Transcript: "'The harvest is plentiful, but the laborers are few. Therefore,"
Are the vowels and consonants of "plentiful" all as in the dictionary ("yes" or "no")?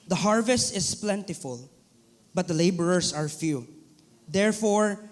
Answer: yes